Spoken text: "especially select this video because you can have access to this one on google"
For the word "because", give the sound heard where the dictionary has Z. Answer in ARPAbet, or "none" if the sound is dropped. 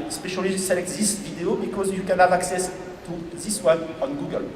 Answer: Z